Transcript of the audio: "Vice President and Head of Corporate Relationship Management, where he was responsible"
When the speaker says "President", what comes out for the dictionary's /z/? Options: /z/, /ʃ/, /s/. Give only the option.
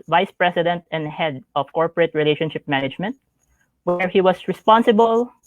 /s/